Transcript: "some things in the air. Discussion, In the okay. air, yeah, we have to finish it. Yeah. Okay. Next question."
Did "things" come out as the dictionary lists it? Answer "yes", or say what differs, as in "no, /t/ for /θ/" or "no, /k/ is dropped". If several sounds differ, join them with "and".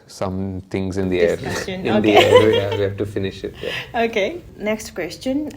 no, /t/ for /θ/